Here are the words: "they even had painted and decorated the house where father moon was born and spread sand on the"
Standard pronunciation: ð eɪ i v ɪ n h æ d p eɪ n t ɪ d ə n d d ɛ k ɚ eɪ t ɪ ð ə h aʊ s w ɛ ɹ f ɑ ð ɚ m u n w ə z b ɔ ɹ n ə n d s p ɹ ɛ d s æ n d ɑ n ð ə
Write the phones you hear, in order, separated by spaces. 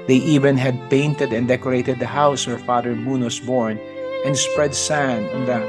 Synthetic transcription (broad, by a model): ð eɪ i v ɪ n h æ d p eɪ n t ɪ d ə n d d ɛ k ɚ eɪ t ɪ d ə h aʊ s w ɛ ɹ f ɑ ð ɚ m u n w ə s b ɔ ɹ n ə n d s p ɹ ɛ d s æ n ɑ n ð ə